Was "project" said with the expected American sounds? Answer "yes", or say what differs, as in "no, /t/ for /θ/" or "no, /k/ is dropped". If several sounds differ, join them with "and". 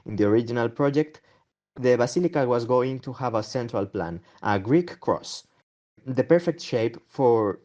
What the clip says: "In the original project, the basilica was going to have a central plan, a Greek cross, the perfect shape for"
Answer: yes